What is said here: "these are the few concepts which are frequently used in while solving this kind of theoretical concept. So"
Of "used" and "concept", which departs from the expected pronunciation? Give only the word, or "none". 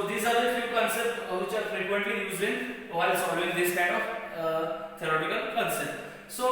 used